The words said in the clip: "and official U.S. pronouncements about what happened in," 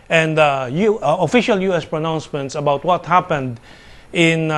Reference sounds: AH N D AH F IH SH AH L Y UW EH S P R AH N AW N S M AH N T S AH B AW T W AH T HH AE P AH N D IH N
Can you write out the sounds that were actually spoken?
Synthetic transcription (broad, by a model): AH N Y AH F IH SH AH L Y UW EH S P R AH N AW N S M AH N T S AH B AW T W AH T HH AE P AH N D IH N